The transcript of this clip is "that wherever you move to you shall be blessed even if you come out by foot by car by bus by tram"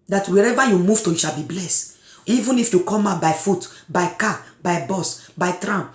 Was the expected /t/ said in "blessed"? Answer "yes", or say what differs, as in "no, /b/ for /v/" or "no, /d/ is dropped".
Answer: yes